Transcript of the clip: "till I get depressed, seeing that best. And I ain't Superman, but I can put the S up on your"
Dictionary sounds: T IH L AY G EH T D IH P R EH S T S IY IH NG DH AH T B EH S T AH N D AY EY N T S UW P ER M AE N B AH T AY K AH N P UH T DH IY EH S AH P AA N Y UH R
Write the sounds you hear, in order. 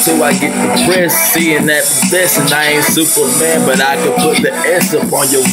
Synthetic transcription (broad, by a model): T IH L AY G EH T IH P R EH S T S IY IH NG DH AH T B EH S AH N AY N S UW P ER M AE N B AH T AY K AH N P UH T DH IY EH S AH P AA N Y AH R